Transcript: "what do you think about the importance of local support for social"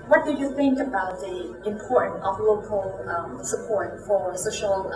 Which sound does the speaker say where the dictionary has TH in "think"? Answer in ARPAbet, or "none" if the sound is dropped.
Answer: TH